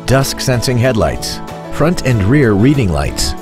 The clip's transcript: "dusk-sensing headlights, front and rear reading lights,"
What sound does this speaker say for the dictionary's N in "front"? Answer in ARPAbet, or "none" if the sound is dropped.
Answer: N